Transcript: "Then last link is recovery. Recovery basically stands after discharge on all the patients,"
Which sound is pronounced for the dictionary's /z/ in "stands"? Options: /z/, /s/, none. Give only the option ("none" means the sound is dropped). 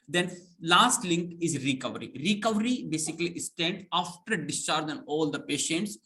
none